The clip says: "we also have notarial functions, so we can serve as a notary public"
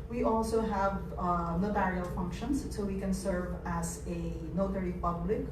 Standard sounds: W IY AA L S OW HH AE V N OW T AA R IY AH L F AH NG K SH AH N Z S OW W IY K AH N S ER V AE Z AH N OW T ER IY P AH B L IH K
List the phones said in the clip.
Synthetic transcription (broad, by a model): W IY AA L S OW HH AE V N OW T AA R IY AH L F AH NG K SH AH N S S OW W IY K AH N S ER V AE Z AH N OW T ER IY P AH B L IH K